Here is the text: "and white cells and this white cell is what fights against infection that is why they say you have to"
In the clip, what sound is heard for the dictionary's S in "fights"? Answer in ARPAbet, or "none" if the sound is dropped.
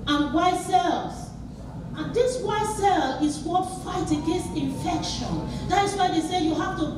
none